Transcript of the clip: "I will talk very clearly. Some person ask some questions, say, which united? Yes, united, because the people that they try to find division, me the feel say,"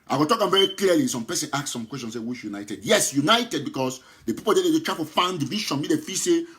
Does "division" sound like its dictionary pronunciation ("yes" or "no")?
no